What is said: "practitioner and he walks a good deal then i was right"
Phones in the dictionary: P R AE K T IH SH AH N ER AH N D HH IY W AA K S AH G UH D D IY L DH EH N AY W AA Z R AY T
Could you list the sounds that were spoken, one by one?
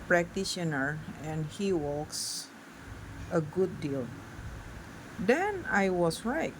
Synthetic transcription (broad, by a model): P R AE K T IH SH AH N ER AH N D HH IY W AA K S AH G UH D D IY L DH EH N AY W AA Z R AY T